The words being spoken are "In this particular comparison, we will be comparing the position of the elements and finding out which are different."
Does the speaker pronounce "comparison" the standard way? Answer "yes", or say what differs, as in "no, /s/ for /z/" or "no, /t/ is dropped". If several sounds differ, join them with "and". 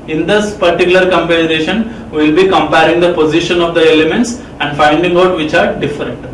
no, /ʃ/ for /s/